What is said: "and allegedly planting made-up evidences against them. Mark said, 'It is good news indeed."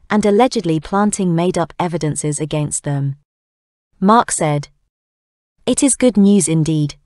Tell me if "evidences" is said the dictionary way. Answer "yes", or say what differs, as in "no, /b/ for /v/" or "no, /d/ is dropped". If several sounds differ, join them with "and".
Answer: yes